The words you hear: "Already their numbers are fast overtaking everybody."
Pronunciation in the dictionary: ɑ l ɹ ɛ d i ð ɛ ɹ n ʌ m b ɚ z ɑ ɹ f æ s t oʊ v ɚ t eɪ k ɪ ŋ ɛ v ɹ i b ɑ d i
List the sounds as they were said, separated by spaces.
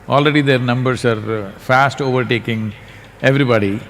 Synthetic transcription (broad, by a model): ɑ l ɹ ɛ d i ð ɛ ɹ n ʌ m b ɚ s ɑ ɹ f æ s t oʊ v ɚ t eɪ k ɪ ŋ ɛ v ɹ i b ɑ d i